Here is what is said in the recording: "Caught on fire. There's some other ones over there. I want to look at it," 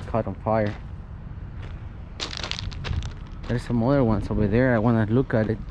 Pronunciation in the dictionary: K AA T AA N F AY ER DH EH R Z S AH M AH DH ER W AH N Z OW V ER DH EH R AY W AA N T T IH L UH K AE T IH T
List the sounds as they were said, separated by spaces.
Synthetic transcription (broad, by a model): K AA T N F AY ER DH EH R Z S AH M AH DH ER W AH N S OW B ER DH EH R AY W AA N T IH L UH K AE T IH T